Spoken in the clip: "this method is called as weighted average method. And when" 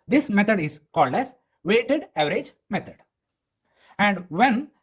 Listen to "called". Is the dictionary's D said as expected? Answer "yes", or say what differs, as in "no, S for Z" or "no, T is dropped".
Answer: yes